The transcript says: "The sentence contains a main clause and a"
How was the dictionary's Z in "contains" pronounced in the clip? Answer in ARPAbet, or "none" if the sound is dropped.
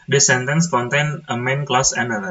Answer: none